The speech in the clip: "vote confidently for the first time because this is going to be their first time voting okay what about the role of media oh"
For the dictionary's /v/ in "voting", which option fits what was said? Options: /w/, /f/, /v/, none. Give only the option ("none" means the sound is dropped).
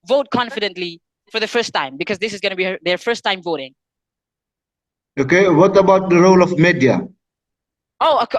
/v/